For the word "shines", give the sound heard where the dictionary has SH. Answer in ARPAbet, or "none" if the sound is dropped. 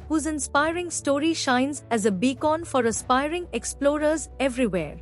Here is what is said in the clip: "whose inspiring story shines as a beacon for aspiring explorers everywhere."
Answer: SH